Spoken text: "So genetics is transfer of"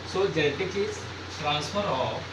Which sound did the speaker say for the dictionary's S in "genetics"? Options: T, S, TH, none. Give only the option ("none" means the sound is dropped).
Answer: none